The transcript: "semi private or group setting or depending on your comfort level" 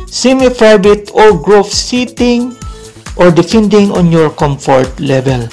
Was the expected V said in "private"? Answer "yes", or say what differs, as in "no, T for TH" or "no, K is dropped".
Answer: no, B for V